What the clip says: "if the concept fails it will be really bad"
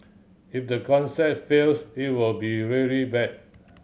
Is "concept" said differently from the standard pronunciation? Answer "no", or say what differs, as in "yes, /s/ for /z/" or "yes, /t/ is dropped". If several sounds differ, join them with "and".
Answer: yes, /p/ is dropped